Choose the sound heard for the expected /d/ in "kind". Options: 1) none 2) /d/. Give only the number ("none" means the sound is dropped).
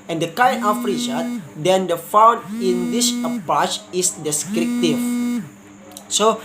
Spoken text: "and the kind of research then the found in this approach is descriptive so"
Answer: 1